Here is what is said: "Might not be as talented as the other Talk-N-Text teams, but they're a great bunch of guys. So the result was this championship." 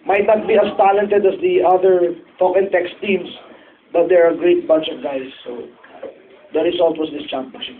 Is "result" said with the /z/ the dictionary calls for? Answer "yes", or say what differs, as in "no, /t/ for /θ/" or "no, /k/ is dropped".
no, /s/ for /z/